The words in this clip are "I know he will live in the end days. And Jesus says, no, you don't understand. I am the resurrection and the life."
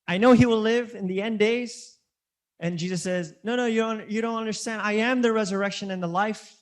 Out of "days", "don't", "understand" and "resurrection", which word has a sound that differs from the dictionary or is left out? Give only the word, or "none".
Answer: none